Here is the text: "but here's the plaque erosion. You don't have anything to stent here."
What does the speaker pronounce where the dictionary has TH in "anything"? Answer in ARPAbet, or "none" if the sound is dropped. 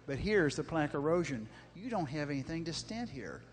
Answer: TH